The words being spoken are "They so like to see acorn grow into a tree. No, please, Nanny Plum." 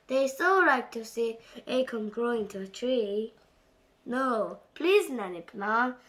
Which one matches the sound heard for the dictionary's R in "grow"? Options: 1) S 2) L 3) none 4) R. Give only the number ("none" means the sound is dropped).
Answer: 4